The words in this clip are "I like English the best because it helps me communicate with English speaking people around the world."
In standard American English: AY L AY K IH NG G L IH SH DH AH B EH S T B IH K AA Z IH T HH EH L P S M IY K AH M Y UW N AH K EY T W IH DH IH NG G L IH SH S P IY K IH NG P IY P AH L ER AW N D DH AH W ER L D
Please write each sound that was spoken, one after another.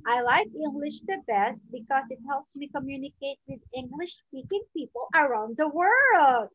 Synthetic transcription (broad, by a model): AY L AY K IH NG G L IH SH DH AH B EH S T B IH K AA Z IH T HH EH L P S M IY K AH M Y UW N AH K EY T W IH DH IH NG G L IH SH S P IY K IH NG P IY P AH L ER AW N D DH AH W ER L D